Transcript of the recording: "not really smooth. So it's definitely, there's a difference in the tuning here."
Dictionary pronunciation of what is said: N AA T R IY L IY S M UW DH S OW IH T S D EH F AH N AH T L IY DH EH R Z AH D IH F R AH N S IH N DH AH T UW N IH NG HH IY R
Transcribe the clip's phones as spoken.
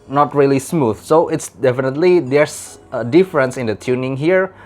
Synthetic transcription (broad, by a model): N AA T R IY L IY S M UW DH S OW IH T S D EH F AH N AH T L IY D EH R S AH D IH F R AH N S IH N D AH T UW N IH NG HH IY R